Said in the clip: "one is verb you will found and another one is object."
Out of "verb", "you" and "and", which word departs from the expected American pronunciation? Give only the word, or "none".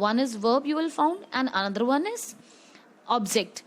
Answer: none